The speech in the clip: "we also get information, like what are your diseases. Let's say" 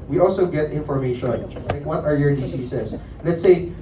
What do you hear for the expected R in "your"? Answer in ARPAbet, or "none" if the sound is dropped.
R